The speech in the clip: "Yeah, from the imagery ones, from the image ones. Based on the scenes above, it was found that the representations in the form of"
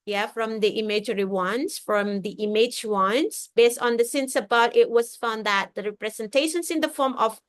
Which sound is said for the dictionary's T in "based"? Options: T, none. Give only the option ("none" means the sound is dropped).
T